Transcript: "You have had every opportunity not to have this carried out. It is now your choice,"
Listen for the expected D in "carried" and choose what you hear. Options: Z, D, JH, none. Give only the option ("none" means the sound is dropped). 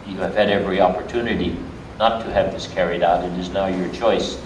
D